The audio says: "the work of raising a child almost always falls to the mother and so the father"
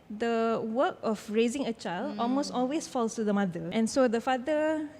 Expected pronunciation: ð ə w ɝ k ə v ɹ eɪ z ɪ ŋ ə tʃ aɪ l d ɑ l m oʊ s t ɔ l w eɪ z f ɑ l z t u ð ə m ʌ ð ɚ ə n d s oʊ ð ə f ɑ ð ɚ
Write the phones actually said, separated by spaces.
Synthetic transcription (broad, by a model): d ə w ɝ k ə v ɹ eɪ z ɪ ŋ ə tʃ aɪ l d ɑ l m oʊ s t ɔ l w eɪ s f ɑ l s t u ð ə m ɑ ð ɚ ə n s oʊ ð ə f ɑ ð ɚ